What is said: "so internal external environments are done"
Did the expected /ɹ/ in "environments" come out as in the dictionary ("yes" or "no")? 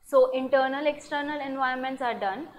no